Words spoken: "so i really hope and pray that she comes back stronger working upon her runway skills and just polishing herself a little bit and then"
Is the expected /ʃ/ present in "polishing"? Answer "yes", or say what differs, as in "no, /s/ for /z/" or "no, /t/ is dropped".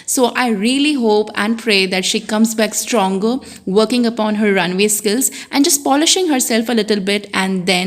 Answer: yes